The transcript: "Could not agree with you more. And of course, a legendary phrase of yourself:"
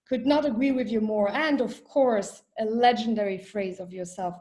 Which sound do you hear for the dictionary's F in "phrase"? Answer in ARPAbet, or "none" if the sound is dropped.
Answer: F